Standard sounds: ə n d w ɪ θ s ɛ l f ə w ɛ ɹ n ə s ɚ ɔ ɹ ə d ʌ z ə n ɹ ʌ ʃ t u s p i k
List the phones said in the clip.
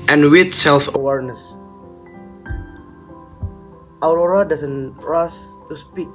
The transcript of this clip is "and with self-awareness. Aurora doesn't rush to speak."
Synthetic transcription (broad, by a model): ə n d w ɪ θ s ɛ l f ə w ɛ ɹ n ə s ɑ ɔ ɹ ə d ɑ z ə n ɹ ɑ s t u s p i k